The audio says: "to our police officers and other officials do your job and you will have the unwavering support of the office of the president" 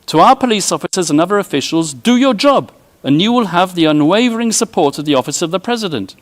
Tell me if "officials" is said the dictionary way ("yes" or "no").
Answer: yes